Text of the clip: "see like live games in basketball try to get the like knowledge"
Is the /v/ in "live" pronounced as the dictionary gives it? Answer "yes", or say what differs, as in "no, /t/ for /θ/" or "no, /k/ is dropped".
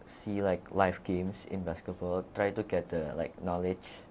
no, /f/ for /v/